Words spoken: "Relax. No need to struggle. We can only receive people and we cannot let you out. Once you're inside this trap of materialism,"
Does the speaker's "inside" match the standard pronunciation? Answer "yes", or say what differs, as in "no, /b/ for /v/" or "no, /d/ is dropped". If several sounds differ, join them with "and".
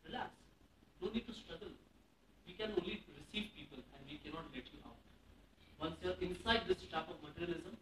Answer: yes